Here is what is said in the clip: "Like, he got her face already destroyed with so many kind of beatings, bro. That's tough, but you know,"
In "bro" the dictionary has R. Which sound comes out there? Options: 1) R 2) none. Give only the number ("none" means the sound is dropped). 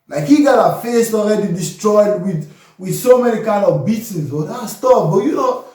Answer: 2